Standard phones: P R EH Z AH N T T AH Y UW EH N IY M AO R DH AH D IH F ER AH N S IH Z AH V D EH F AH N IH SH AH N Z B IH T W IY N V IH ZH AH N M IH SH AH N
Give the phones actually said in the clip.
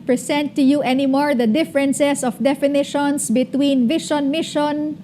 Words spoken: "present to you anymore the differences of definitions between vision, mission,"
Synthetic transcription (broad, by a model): P R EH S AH N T T AH Y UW EH N IY M AO R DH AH D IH F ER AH N S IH S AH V D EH F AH N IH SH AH N S B IH T W IY N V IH SH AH N M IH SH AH N